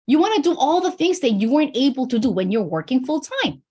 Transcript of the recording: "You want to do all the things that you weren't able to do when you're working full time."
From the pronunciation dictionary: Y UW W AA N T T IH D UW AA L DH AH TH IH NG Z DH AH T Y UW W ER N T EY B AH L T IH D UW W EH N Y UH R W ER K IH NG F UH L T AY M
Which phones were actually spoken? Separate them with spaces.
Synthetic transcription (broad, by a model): Y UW W AA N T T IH D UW AA L DH AH TH IH NG Z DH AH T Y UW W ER N T EY B L T IH D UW W EH N Y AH R W ER K IH NG F UH L T AY M